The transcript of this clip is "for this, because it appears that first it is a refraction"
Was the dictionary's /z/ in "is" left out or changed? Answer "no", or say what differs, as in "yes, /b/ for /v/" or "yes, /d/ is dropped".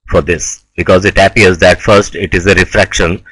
no